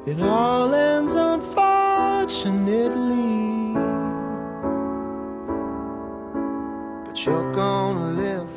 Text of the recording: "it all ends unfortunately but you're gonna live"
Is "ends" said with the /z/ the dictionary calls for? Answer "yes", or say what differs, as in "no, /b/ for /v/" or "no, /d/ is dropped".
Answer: yes